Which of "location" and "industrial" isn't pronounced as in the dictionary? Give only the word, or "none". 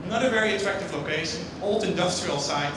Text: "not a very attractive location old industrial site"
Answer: none